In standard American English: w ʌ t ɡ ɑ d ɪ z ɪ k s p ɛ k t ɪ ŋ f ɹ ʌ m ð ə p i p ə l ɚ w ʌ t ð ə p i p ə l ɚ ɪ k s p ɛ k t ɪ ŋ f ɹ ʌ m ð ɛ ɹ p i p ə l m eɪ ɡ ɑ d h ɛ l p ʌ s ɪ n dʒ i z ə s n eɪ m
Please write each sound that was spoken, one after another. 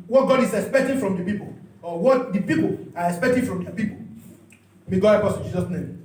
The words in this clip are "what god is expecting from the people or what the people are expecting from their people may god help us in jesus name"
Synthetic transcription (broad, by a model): w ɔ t ɡ ɑ d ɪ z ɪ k s p ɛ k t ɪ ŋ f ɹ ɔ m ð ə p i p ə l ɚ w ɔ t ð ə p i p ə l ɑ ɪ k s p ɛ k t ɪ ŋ f ɹ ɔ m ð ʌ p i p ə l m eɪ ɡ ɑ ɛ p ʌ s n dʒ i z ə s n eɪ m